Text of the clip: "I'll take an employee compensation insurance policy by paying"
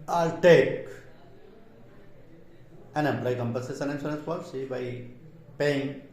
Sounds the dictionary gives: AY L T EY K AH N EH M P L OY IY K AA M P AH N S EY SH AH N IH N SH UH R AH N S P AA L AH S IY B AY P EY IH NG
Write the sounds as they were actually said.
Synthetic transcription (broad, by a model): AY L T EY K AH N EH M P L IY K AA M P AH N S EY S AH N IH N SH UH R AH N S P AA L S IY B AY P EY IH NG